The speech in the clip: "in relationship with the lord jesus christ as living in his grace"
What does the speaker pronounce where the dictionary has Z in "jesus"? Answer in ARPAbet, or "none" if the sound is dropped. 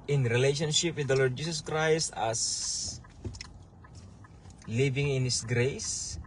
S